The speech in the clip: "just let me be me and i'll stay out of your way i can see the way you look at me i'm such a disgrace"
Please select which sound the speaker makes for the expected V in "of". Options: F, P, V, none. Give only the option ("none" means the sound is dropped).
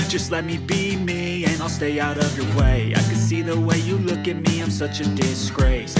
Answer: V